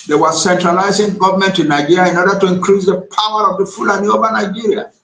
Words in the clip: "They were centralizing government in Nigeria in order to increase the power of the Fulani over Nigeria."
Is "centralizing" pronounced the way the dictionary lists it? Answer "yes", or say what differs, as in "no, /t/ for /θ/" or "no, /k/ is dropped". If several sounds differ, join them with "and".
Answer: yes